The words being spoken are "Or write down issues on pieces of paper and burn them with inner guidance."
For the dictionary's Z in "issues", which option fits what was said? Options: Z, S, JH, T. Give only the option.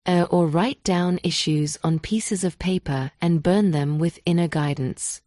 Z